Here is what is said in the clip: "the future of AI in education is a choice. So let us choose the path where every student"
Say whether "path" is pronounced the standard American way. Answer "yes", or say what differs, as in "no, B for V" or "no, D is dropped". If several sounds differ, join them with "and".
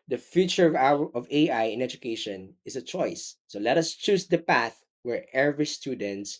yes